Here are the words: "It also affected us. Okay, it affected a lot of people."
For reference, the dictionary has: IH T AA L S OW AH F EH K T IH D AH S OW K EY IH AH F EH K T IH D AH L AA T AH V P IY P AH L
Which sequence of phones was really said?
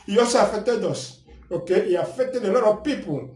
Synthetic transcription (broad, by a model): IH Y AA S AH F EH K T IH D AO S OW K EY IH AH F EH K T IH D AH L AA T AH P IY P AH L